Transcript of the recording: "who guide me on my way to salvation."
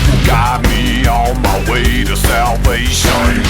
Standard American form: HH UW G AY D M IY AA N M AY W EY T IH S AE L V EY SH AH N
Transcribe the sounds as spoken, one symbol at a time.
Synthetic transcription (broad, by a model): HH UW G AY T M IY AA L M AY W EY T IH S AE L V EY SH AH N